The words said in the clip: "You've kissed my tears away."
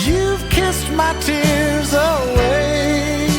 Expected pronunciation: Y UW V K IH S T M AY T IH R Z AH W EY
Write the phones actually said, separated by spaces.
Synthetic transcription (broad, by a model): Y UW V K IH S T M AY T IH R Z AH W EY